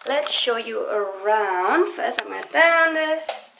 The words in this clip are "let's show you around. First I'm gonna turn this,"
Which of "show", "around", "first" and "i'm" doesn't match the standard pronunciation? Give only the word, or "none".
first